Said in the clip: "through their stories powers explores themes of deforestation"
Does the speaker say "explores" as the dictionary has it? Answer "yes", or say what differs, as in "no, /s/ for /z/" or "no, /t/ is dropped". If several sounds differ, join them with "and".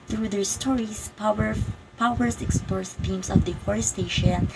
no, /l/ is dropped